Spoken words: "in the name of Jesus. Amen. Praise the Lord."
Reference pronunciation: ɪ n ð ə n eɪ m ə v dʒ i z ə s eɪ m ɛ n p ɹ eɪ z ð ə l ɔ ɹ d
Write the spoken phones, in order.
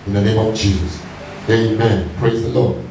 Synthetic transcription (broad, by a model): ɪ n ð ə n eɪ m ə v dʒ i z ə s eɪ m ɛ n p ɹ eɪ z ð ə l ɔ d